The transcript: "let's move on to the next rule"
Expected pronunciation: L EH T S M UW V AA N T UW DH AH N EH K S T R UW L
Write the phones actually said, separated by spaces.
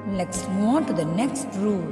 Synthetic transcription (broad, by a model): L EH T S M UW AA N T UW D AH N EH K S T R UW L